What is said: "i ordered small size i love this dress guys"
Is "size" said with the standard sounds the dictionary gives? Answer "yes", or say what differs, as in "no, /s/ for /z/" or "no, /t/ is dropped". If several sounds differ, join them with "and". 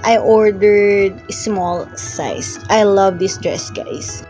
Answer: no, /s/ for /z/